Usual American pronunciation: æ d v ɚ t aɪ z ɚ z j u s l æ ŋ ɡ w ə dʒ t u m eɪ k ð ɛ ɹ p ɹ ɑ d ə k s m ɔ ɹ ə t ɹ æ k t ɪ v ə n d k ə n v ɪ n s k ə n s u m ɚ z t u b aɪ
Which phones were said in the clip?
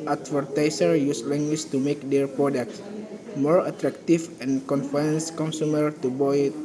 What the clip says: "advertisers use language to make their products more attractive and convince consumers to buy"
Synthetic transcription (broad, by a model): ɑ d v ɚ t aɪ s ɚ j u s l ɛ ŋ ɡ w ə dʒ t u m eɪ k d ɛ ɹ p ɹ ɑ d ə k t m ɔ ɹ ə t ɹ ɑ k t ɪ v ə n k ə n f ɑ n s k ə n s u m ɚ t u b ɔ